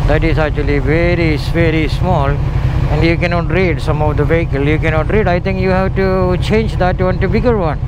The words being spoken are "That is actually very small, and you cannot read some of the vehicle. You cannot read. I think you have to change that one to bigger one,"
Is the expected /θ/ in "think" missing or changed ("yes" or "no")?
yes